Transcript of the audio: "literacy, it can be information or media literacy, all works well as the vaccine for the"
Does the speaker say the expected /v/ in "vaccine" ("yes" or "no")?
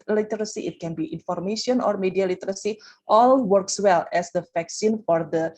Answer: no